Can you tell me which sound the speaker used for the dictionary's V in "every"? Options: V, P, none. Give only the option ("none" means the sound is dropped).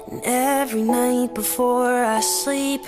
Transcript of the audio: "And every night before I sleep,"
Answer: V